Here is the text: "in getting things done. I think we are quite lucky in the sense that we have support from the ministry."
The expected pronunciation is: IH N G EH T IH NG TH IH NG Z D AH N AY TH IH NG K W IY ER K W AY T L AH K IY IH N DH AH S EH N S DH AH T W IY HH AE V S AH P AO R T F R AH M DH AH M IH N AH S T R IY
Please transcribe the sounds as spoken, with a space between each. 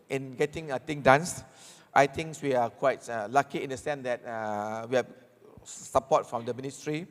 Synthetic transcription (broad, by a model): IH N G EH T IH NG T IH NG D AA N AY T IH NG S W IY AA K W AY T L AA K IY IH N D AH S EH N S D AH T W IY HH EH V S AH P AO T F R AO M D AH M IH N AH S T R IY